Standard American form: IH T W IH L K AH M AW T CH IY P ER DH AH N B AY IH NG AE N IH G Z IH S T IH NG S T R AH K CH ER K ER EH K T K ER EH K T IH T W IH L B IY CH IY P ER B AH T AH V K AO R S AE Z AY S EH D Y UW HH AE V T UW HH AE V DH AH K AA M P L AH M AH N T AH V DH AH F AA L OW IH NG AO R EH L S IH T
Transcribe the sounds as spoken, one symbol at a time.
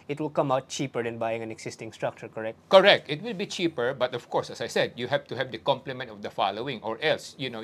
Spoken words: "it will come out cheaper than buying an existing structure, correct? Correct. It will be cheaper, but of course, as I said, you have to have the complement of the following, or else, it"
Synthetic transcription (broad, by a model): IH T W IH L K AH M AW T CH IY P ER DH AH N B AY IH NG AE N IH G S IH S T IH NG S T R AH K CH ER K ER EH K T K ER EH K T IH T W IH L B IY CH IY P ER B AH T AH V K AO R S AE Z AY S EH D Y UW HH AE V T UW HH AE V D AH K AA M P L AH M AH N T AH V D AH F AA L OW IH NG AO R EH L S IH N